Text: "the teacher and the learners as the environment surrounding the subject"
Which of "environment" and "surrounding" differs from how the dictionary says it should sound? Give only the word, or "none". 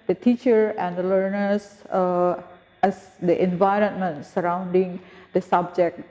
none